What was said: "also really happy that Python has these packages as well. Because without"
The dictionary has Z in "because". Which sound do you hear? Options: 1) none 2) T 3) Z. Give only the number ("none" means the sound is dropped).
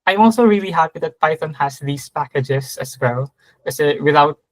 1